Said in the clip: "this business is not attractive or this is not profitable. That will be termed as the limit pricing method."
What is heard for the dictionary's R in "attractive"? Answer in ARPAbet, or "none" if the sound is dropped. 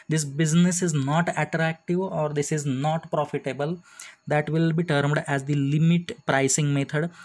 R